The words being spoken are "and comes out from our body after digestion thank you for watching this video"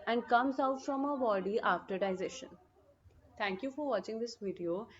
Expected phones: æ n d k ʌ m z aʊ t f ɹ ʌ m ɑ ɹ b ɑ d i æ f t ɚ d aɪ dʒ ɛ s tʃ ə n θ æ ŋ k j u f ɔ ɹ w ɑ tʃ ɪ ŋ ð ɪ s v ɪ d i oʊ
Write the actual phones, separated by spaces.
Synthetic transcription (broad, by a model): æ n d k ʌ m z aʊ t f ɹ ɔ m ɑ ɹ b ɑ d i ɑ f t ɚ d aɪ z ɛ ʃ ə n t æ ŋ k j u f ɔ ɹ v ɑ tʃ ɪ ŋ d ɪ s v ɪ d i oʊ